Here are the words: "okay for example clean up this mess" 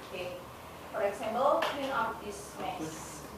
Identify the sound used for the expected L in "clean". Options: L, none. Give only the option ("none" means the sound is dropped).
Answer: none